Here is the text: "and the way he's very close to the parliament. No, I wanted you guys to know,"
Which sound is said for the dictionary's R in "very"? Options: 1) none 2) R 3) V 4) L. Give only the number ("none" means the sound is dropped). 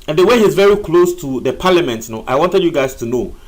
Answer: 2